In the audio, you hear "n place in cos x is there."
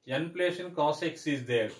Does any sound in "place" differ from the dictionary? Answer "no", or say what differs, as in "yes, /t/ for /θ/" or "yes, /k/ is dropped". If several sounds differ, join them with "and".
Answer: yes, /ʃ/ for /s/